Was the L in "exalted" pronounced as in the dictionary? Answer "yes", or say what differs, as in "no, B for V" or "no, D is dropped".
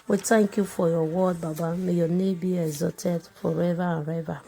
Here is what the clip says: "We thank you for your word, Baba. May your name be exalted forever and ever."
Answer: no, L is dropped